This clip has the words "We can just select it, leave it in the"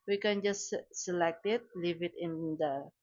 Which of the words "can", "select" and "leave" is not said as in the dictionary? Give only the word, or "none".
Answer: none